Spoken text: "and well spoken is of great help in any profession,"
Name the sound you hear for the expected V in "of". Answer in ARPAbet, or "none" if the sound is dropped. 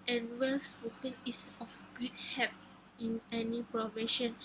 F